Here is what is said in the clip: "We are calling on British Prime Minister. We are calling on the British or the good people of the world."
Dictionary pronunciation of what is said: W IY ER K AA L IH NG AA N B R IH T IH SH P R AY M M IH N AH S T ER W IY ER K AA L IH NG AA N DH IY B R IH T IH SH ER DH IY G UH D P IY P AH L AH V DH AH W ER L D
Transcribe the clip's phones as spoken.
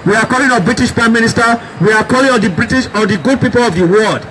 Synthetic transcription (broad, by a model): W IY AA K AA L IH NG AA B R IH T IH SH P R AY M M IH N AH S T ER W IY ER K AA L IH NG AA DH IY B R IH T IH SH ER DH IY G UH D P IY P AH L AH V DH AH W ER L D